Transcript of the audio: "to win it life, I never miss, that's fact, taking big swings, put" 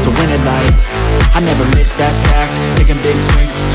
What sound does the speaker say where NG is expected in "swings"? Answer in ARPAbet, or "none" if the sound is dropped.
none